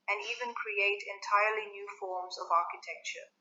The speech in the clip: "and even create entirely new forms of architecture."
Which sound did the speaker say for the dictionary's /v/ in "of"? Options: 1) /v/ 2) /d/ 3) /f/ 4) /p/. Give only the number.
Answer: 1